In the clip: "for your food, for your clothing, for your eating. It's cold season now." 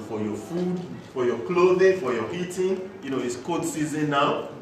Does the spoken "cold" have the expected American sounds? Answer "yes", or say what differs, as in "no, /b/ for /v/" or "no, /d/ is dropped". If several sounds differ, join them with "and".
no, /l/ is dropped